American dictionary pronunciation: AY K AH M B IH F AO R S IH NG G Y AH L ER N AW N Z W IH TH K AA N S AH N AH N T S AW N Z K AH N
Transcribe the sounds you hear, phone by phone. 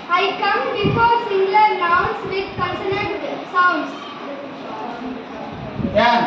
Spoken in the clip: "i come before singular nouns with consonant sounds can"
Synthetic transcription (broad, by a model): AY K AH M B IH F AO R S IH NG G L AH N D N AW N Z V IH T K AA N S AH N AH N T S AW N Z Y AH